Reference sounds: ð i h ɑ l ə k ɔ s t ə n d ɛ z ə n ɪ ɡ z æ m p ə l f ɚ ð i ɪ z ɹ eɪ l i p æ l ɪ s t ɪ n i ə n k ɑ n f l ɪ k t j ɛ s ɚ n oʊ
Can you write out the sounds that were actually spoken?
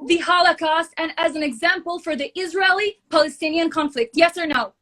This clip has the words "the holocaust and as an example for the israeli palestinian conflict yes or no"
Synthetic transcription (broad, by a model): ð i h ɑ l ə k ɔ s t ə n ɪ z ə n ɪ ɡ z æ m p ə l f ɚ ð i ɪ z ɹ eɪ l i p æ l ɪ s t ɪ n i ə n k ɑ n f l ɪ k t j ɛ s ɚ n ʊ